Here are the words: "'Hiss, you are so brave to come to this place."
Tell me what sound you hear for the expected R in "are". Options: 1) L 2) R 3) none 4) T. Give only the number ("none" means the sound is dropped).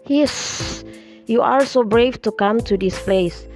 1